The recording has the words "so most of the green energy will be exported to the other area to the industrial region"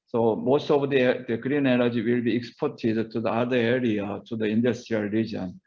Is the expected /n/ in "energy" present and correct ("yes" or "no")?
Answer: no